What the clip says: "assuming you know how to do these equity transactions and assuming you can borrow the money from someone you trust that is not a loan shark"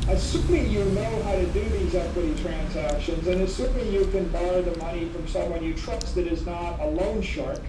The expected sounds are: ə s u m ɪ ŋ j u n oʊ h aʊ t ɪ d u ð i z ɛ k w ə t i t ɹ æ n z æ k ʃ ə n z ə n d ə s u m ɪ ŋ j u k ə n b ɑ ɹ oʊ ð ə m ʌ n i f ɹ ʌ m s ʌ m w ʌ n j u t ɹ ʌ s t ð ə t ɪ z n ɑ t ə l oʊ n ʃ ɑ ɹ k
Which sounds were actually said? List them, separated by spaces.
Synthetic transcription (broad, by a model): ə s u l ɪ j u n oʊ h aʊ t ɪ d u ð i z ɛ k w ə t i t ɹ æ n z æ k ʃ ə n z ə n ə s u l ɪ j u k ə n b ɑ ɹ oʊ ð ə m ʌ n i f ɹ ʌ m s ʌ m w ʌ n j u t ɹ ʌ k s ð ə t ɪ z n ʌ t ə l oʊ n ʃ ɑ ɹ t